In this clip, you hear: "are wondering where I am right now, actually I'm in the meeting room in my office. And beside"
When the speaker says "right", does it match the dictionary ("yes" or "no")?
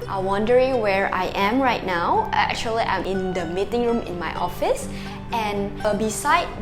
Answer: yes